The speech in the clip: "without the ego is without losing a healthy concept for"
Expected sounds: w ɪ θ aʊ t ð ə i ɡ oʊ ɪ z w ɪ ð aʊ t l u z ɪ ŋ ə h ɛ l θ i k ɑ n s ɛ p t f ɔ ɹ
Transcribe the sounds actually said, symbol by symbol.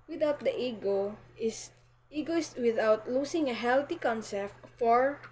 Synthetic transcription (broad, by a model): w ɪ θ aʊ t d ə i ɡ oʊ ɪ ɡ w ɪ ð aʊ t l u s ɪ ŋ ə h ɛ l t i k ɑ n s ɛ p t f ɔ ɹ